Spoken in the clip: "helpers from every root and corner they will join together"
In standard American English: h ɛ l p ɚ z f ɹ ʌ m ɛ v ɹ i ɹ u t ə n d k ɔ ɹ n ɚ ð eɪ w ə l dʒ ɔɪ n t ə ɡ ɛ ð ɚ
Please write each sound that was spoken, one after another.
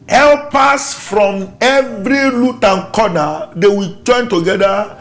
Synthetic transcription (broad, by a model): h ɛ l p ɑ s f ɹ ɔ m ɛ v ɹ i l u t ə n k ɔ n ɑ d eɪ w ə dʒ ɔɪ n t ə ɡ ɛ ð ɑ